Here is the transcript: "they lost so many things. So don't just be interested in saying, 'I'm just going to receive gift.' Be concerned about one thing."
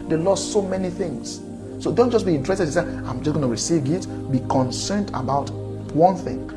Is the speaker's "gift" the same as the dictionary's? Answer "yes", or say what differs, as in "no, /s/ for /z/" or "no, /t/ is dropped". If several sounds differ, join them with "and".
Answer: no, /f/ is dropped